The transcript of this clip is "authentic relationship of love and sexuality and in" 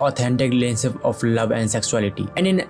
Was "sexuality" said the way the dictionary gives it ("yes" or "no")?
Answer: no